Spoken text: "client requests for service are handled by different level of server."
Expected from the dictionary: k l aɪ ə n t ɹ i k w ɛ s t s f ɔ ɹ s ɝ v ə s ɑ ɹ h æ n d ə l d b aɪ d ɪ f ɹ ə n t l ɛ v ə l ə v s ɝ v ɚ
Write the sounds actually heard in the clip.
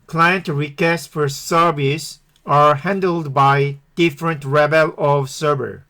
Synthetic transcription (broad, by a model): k l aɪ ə n t ɹ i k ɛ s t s f ɔ ɹ s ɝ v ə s ɑ ɹ h æ n d ə l d b aɪ d ɪ f ɹ ə n t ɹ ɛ b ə l ə v s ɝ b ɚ